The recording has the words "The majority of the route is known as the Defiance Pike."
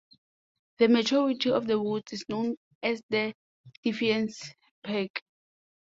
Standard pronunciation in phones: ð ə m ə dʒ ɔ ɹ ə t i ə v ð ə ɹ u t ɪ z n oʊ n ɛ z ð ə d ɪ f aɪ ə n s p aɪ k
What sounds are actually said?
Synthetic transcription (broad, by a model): ð ə m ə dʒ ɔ ɹ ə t i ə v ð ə w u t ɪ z n oʊ n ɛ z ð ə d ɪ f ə n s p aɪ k